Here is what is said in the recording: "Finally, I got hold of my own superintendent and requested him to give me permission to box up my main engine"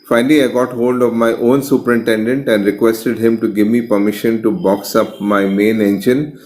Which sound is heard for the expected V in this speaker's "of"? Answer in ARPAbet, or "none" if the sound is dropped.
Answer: V